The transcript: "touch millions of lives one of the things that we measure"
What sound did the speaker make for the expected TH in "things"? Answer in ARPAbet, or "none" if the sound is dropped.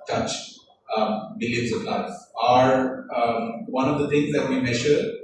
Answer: T